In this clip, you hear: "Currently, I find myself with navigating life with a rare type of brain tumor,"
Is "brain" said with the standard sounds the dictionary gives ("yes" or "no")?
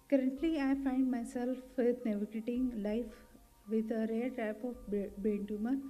no